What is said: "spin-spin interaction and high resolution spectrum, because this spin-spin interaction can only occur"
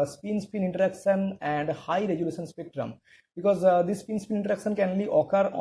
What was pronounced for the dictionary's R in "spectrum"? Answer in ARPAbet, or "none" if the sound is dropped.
R